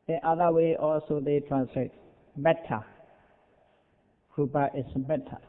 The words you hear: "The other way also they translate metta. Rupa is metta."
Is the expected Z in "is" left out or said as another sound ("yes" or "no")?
yes